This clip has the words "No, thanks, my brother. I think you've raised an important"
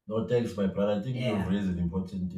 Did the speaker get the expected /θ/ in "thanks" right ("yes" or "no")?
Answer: no